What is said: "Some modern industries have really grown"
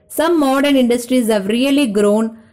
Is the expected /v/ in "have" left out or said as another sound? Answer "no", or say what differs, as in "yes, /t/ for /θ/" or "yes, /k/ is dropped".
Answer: no